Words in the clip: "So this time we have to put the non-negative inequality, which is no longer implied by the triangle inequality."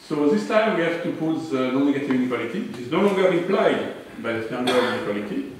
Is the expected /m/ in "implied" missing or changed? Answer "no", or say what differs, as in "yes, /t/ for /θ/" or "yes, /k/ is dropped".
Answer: yes, /m/ is dropped